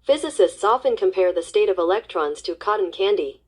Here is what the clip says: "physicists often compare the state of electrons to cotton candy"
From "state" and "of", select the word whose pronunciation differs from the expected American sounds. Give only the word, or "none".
none